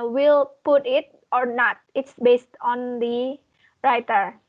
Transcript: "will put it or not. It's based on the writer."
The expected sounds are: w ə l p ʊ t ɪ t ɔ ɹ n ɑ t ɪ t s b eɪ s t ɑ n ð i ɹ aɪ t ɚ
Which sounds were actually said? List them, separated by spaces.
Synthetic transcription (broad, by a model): w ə l p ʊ t ɪ t ɔ ɹ n ɑ t ɪ t s b eɪ s t ɑ n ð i ɹ aɪ t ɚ